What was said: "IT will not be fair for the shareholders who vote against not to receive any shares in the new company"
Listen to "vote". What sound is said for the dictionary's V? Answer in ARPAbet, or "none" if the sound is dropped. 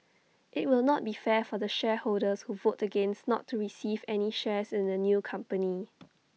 V